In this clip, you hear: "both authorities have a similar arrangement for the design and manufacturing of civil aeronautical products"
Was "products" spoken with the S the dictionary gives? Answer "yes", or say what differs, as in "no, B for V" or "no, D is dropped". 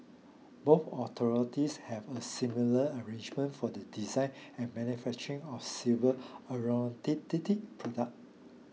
no, S is dropped